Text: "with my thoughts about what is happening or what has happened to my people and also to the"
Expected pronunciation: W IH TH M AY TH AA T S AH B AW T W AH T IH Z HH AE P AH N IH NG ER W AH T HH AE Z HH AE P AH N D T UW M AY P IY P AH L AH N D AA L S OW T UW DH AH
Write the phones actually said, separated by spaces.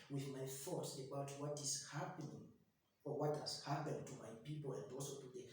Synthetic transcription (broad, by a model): W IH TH M AY F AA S AH B AW T W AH T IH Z HH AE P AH N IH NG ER W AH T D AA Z HH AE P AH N T UW M AY P IY P AH L AH N D AA L S OW T UW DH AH